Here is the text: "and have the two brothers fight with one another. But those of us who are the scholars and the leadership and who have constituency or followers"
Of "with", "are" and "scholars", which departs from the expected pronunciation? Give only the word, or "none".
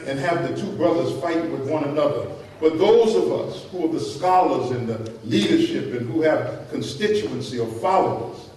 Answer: none